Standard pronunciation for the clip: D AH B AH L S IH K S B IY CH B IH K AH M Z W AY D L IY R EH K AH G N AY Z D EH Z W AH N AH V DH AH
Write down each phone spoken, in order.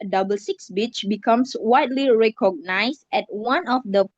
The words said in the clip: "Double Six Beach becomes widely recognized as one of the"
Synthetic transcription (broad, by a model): D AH B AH L S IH K S B IY CH B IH K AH M S W AY D L IY R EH K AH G N AY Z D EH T W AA N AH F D AH